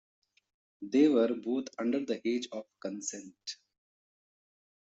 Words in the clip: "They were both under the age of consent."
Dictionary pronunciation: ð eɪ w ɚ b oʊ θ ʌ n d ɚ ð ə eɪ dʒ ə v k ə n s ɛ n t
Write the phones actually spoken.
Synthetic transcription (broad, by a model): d eɪ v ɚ b oʊ t ʌ n d ɚ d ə eɪ dʒ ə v k ə n s ɛ n t